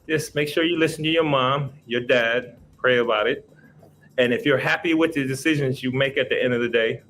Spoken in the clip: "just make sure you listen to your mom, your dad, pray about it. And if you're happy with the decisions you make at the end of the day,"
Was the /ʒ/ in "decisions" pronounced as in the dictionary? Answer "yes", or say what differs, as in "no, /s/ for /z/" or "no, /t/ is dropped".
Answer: yes